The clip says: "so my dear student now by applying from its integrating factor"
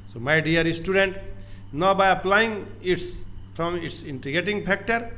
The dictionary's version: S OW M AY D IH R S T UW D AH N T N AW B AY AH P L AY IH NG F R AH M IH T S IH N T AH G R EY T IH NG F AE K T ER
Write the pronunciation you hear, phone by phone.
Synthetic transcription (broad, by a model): S OW M AY D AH R S T UW D AH N T N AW B AY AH P L AY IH NG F R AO M IH T S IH N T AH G EY T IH NG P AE K T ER